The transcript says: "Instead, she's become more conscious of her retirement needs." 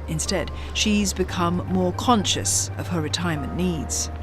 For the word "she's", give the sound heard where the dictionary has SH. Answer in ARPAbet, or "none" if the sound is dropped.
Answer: SH